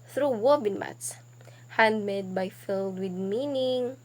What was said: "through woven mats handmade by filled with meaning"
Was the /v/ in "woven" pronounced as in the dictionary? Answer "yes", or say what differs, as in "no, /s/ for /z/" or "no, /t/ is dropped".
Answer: no, /b/ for /v/